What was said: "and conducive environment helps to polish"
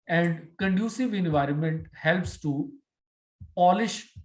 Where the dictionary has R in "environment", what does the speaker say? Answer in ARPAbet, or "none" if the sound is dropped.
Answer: R